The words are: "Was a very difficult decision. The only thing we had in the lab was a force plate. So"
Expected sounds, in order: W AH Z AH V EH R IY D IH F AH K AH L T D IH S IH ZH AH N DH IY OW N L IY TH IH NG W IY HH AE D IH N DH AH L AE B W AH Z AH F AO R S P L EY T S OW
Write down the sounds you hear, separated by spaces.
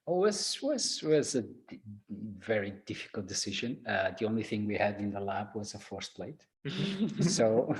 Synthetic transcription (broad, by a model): W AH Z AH V EH R IY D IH F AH K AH L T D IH S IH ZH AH N DH IY OW N L IY TH IH NG W IY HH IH D IH N DH AH L AE B W AH Z AH F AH R S P L EY T S OW